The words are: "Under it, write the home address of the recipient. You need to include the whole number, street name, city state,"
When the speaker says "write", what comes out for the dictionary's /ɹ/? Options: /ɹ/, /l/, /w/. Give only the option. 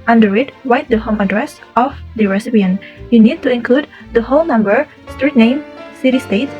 /w/